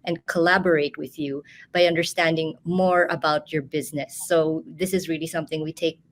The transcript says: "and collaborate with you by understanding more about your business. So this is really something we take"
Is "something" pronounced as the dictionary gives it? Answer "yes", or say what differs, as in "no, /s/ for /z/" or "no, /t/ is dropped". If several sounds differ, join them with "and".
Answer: yes